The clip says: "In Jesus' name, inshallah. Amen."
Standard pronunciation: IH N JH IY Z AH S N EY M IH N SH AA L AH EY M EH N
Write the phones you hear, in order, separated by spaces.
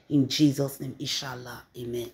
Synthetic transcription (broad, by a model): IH N JH IY Z AH S N EY M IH SH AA L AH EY M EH N